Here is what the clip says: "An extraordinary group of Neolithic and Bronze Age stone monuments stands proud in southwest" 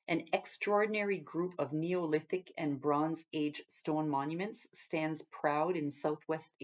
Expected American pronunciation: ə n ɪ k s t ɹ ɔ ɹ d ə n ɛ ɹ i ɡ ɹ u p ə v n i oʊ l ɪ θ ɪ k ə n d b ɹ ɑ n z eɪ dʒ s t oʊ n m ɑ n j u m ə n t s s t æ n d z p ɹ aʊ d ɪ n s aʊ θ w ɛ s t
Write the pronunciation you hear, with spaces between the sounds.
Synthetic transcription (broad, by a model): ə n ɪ k s t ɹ ɔ ɹ d n ɛ ɹ i ɡ ɹ u p ə v n i oʊ l ɪ θ ɪ k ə n b ɹ ɑ n z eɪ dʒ s t oʊ n m ɑ n j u m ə n t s s t æ n d z p ɹ aʊ d ɪ n s aʊ θ w ɛ s t